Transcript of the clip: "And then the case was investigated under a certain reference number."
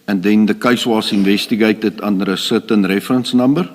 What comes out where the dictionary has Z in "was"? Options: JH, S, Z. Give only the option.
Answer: S